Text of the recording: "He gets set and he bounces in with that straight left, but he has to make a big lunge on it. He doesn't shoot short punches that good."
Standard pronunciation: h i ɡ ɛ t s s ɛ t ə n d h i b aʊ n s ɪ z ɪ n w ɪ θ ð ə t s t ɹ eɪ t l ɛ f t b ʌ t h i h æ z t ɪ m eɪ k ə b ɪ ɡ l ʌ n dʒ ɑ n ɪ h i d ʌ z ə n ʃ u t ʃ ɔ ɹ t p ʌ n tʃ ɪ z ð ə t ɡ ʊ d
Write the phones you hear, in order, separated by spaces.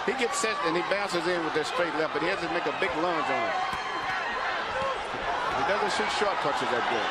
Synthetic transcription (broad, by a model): h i ɡ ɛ t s s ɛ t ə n i b aʊ n s ɪ z ɪ n w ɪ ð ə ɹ s t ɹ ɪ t l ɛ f b ʌ t h i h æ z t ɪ m eɪ k ə b ɪ ɡ l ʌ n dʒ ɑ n ɪ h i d ʌ z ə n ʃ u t ʃ ɔ ɹ t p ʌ tʃ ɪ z ð ə t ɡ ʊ